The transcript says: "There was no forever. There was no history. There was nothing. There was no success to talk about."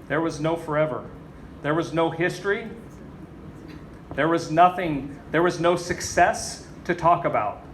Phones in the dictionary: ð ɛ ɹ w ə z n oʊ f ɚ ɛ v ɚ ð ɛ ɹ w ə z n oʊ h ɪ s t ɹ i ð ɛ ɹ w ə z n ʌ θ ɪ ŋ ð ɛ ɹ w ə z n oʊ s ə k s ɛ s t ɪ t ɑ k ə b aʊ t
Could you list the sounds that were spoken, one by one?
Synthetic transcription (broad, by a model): ð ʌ ɹ w ə z n oʊ f ɚ ɛ v ɚ ð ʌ ɹ w ə z n oʊ h ɪ s t ɹ i ð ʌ ɹ w ə z n ʌ θ ɪ ŋ ð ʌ ɹ w ə z n oʊ s ə k s ɛ s t ɪ t ɑ k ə b aʊ t